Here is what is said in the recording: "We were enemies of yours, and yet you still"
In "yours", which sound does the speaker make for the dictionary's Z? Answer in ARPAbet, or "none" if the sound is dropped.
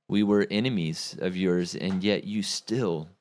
Z